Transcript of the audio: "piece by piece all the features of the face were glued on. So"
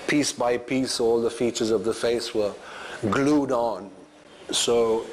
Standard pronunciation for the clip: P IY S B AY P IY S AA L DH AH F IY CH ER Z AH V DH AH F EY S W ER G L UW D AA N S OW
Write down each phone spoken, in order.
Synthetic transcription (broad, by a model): P IY S B AY P IY S AA L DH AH F IY CH ER Z AH V DH AH F EY S W ER G L UW D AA N S OW